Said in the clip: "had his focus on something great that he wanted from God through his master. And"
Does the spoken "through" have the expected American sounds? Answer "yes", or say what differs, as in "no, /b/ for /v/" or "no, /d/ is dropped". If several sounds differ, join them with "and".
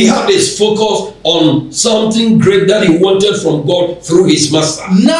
yes